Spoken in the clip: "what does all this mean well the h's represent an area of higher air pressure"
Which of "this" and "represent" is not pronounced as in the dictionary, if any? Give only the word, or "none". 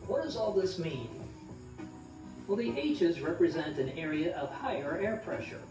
none